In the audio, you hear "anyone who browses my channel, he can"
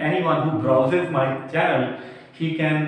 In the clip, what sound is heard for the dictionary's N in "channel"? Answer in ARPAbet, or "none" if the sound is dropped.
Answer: none